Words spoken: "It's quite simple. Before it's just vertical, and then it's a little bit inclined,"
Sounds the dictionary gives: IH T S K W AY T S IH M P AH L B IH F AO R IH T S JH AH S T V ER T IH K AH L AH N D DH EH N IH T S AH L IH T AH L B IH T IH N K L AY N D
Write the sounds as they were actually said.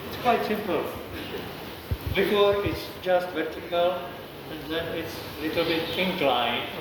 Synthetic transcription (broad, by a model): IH T S K W AY T S IH M P AH L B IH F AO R IH T S JH AH S T V ER T IH K AH L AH N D DH EH N IH T S AH L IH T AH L B IH T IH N K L AY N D